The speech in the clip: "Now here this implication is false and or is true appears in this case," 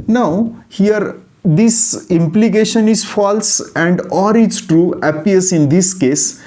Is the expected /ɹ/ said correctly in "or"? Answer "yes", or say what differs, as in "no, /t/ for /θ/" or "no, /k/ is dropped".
yes